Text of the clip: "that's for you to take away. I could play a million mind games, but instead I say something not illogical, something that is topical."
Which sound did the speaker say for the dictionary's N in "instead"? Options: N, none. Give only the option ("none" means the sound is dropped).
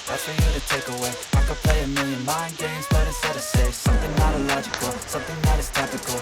none